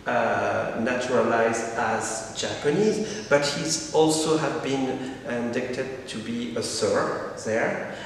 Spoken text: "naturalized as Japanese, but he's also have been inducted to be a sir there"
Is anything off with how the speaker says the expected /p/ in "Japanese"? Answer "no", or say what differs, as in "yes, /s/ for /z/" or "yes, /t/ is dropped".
no